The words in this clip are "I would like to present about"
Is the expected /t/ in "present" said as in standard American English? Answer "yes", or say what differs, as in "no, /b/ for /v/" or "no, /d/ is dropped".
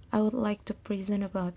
no, /t/ is dropped